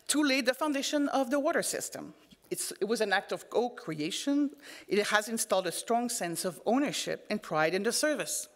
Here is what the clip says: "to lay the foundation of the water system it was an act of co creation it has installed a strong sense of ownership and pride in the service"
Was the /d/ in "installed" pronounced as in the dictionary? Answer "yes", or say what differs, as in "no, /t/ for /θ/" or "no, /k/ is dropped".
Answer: yes